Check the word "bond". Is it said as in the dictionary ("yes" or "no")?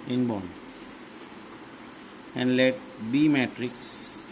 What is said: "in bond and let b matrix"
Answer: no